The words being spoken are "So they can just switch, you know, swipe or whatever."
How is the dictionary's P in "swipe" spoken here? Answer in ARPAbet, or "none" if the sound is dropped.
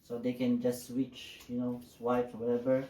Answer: F